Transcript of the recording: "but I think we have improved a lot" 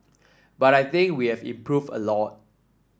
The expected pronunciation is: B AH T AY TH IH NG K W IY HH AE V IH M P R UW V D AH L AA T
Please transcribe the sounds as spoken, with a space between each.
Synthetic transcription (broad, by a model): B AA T AY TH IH NG K W IY HH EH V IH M P R UW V AH L AA T